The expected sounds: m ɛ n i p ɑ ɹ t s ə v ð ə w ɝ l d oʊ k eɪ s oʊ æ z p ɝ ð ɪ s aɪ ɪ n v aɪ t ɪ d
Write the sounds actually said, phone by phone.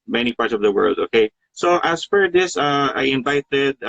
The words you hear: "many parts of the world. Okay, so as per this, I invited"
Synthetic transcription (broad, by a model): m ɛ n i p ɑ ɹ t s ə v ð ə w ɝ l d oʊ k eɪ s oʊ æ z f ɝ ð ɪ s aɪ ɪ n v aɪ t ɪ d